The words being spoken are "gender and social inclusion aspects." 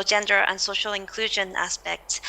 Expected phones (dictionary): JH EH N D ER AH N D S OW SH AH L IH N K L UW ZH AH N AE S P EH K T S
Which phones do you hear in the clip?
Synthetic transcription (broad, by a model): JH EH N D ER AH N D S OW SH L IH N K L UW ZH AH N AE S P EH K T S